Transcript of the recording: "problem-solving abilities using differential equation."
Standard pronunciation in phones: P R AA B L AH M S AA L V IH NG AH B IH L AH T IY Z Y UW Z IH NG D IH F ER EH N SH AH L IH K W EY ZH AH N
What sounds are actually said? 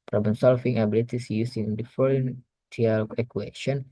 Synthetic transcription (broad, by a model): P R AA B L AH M S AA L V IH NG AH B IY L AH T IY S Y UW S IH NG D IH F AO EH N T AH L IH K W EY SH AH N